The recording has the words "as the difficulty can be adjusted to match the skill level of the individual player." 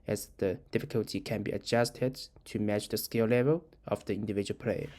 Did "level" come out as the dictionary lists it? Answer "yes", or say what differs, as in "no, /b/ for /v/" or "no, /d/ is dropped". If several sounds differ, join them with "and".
yes